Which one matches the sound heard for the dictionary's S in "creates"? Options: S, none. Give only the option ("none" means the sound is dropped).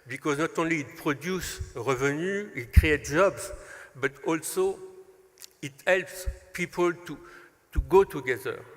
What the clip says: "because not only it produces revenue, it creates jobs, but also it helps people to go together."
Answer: none